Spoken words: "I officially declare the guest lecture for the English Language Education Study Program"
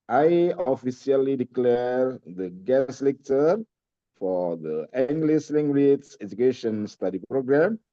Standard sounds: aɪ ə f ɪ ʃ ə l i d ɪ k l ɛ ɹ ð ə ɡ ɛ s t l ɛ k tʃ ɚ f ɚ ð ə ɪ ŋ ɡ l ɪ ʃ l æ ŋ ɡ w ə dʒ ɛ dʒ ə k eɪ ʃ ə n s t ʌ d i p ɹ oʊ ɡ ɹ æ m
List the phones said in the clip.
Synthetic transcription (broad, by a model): aɪ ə f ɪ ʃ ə l i d ɪ k l ɛ ɹ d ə ɡ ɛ s l ɛ k tʃ ɚ f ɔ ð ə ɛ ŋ ɡ l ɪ s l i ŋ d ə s ɛ dʒ ə k eɪ ʃ ə n s t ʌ d i p ɹ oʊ ɡ ɹ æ m